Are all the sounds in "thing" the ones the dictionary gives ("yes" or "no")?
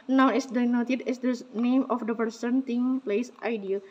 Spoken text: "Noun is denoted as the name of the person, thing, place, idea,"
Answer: no